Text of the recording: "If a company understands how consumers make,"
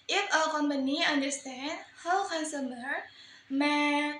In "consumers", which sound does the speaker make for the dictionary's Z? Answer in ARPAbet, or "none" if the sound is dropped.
none